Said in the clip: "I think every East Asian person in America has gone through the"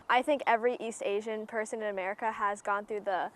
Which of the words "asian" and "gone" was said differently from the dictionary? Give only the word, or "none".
none